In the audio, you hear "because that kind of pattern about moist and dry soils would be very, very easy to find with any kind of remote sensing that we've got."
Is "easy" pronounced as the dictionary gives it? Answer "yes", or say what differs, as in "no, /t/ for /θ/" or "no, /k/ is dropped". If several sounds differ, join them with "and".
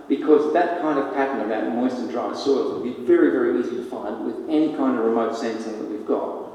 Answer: yes